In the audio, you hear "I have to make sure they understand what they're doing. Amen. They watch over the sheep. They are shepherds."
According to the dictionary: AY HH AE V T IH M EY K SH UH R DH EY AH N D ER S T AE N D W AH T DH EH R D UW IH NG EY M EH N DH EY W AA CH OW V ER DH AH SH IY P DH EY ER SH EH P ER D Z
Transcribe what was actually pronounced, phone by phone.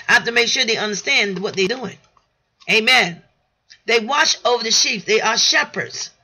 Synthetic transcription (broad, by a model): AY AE F T IH M EY K SH UH R DH EY AH N D ER S T AE N D W AH T DH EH D UW IH NG EY M EH N DH EY W AA CH OW V ER DH AH SH IY P DH EY ER SH EH P ER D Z